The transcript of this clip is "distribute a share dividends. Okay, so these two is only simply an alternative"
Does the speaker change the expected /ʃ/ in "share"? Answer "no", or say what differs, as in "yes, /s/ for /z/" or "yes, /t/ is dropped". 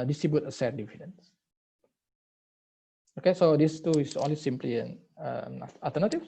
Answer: yes, /s/ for /ʃ/